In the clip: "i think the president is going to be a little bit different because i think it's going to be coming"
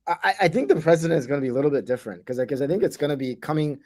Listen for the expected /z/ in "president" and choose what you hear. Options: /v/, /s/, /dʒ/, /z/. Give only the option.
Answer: /z/